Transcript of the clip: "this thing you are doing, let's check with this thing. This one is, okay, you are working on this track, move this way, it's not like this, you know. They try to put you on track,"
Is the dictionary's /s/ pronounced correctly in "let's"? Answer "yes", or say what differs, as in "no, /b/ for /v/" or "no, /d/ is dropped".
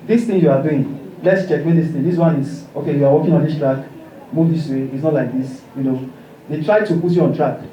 yes